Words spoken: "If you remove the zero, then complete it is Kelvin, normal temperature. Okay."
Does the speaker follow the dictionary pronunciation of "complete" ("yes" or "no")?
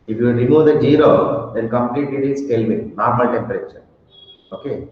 yes